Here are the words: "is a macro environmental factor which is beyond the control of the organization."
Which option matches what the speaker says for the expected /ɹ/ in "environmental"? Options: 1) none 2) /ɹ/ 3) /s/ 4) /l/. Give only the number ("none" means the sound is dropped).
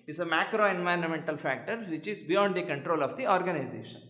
2